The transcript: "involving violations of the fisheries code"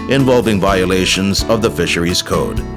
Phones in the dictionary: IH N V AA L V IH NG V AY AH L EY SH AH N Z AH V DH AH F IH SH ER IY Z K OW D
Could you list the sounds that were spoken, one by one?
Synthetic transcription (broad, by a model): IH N V AA L V IH NG V AY AH L EY SH AH N Z AH V DH AH F IH SH ER IY Z K OW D